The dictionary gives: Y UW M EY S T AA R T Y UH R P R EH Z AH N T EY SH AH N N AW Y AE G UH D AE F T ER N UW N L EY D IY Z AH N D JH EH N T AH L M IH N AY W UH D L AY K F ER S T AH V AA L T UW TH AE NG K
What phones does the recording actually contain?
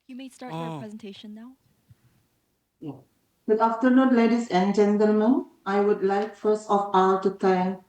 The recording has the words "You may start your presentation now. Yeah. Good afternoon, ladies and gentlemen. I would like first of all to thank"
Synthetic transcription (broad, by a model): Y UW M EY S T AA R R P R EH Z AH N T EY SH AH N N AW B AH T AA F T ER N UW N L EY D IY S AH N JH EH N T AH L M IH N AY W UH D L AY K F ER S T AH F AA L T UW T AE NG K